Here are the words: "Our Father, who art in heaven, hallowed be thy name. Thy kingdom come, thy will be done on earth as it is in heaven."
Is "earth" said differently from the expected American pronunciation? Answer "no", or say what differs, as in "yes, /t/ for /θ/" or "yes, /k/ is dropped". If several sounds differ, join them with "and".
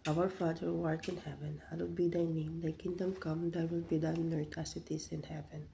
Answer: yes, /t/ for /θ/